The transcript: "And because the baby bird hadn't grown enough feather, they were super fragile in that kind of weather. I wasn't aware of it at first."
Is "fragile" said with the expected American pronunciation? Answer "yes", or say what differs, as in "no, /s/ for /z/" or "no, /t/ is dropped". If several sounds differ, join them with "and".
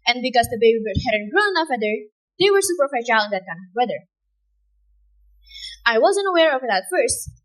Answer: no, /ɹ/ is dropped and /ʃ/ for /dʒ/